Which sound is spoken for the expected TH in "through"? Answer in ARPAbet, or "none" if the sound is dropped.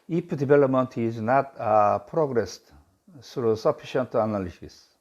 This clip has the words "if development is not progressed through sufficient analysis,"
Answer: S